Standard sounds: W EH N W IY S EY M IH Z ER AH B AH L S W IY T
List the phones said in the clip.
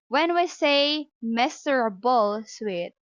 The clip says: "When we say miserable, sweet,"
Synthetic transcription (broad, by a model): W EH N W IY S EY M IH S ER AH B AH L S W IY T